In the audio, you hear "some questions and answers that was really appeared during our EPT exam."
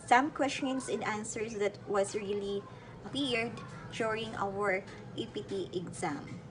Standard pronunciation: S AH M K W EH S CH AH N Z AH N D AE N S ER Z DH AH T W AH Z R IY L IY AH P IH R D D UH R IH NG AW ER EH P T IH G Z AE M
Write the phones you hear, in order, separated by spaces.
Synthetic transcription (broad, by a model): S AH M K W EH S CH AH N S AH N D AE N S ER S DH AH T W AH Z R IY L IY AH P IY R D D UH R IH NG AW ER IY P T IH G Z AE M